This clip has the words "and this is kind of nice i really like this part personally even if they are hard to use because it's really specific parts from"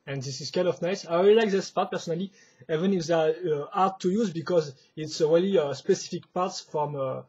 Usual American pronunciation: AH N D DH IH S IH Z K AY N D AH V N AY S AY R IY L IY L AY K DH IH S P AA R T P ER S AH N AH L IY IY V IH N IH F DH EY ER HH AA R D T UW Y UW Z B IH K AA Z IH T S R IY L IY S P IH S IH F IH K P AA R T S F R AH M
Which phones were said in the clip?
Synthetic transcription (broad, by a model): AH N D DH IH S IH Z K AY N D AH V N AY S AY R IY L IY L AY K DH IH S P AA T P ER S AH N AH L IY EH V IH N IH F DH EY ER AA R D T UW Y UW Z B IH K AA Z IH T S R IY L IY S P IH S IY F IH K P AA R T S F R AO M